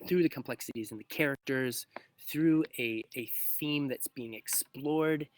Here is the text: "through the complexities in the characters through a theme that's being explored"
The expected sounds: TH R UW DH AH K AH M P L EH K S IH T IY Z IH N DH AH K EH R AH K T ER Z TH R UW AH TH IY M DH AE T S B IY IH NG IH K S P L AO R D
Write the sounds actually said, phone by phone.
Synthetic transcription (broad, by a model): TH R UW DH AH K AH M P L EH K S IH T IY Z IH N DH AH K EH R AH K T ER Z TH R UW AH TH IY M DH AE T S B IY IH NG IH K S P L AO R D